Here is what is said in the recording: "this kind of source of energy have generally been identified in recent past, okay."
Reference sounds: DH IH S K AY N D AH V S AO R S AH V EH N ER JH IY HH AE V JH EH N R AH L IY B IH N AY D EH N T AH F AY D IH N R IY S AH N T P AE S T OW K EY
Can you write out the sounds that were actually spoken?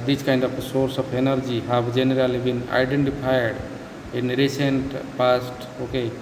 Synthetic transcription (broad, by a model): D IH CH K AY N D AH P S AO R S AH P EH N ER JH IY HH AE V JH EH N R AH L IY B IH N AY D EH N T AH P AY D IH N R IY S AH N T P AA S T OW K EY